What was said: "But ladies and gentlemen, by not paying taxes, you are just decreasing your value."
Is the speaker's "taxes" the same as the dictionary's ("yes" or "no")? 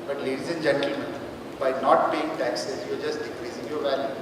yes